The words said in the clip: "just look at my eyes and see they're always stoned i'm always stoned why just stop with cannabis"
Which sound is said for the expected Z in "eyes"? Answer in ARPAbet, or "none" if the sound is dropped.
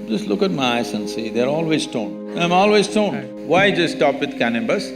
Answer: S